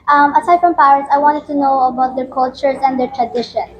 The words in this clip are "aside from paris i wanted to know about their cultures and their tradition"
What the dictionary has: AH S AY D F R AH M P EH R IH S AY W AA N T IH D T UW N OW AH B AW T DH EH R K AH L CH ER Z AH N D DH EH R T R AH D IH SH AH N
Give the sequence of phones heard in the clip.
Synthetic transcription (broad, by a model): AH S AY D F R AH M P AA W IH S AY W AA N T IH D T UW N OW AH B AW T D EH R K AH L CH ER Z AH N D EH R T R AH D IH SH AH N